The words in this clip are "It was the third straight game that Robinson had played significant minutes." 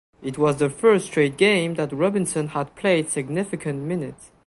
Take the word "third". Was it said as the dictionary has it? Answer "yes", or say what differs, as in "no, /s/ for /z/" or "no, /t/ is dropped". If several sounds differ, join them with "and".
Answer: no, /f/ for /θ/